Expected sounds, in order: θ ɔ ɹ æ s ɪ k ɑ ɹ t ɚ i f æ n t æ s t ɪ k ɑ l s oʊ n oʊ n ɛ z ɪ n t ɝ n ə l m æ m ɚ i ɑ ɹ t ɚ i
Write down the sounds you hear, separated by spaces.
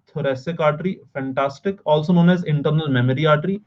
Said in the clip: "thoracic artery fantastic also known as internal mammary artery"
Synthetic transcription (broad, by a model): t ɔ ɹ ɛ s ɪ k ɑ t t i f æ n t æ s t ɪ k ɑ l s oʊ n oʊ n ɛ z ɪ n t ɝ n ə l m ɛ m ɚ i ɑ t t i